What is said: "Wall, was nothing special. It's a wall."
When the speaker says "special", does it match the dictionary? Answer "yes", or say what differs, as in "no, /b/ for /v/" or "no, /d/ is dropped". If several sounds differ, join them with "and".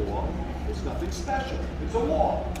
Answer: no, /n/ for /l/